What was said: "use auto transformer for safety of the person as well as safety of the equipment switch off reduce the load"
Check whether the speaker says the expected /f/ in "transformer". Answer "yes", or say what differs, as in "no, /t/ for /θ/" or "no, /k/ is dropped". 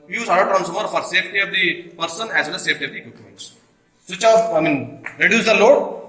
no, /f/ is dropped